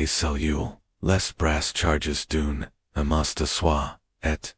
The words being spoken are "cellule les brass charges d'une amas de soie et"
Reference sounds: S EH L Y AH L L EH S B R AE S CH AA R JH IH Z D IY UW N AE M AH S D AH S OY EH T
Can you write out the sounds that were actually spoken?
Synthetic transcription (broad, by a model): S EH L Y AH L L EH S B R AE S CH AA R JH IH Z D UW N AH M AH S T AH S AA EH T